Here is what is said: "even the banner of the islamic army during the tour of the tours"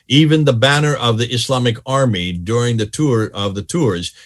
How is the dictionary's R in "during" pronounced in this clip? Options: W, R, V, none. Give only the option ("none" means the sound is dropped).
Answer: R